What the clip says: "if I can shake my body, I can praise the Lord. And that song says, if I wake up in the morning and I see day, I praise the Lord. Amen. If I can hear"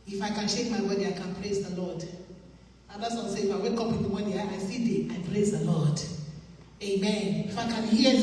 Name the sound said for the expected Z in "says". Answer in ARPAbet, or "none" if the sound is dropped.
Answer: none